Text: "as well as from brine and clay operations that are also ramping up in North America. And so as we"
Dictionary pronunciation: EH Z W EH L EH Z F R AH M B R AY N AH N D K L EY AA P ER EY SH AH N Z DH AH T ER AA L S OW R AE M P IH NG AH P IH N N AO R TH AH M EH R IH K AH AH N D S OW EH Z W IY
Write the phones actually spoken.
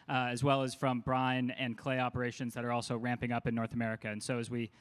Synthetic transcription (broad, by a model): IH Z W EH L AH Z F R AH M B R AY N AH N K L EY AA P ER EY SH AH N Z DH AH T ER AA L S OW R AE M P IH NG AH P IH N N AO R TH AH M EH R IH K AH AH N S OW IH Z W IY